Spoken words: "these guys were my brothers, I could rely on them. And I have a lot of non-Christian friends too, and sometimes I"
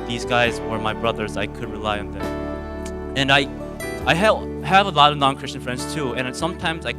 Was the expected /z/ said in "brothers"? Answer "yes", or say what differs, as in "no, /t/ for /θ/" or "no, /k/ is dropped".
yes